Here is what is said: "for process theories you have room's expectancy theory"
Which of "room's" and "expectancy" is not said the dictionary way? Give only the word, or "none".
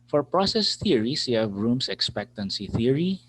room's